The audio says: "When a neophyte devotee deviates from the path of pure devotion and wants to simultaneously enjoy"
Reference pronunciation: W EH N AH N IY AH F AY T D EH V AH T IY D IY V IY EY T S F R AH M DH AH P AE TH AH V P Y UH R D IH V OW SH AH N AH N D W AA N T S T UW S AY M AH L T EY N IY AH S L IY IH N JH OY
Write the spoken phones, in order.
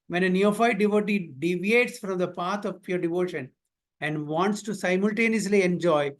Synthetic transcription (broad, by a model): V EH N AH N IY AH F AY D D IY V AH T IY D IY V IY EY T S F R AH M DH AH P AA T AH V P Y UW R D IH V OW SH AH N AH N D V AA N T S T UW S AY M AH L T EY N IY AH S L IY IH N JH OY